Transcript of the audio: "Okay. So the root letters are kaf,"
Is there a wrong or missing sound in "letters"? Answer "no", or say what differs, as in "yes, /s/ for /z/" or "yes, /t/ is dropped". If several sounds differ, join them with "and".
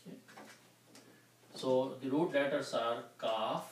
yes, /s/ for /z/